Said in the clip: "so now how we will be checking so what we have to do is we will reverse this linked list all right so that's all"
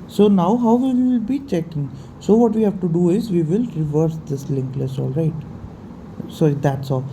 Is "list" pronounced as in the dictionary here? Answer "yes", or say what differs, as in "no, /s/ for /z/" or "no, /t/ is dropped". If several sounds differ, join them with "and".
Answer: no, /t/ is dropped